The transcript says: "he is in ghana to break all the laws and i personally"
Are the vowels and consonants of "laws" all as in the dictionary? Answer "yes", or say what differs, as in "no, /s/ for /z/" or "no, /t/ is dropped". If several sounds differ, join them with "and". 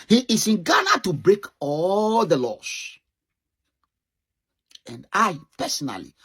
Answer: no, /s/ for /z/